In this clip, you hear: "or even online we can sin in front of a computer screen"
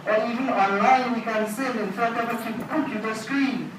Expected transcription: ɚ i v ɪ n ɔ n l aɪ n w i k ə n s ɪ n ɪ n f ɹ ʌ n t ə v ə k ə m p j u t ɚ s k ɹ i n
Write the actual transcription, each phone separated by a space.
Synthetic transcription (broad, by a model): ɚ i v ɪ n ɔ n l aɪ n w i k ə n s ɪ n ɪ n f ʌ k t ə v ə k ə m p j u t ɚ s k ɹ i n